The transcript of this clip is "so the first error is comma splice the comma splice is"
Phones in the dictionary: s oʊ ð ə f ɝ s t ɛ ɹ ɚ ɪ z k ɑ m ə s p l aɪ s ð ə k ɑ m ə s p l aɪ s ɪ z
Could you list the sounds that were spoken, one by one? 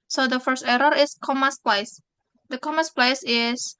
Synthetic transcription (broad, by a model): s oʊ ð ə f ɝ s t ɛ ɹ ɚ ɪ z k ɑ m ə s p l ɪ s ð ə k ɑ m ə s p l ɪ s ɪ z